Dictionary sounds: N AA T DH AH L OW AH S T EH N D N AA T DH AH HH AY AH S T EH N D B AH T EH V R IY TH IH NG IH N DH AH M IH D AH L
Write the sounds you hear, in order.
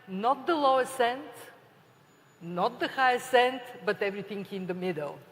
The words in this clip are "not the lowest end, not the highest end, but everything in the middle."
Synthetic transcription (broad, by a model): N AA T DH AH L OW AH S EH N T N AA T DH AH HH AY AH S EH N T B AH T EH V R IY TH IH NG IH N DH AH M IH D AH L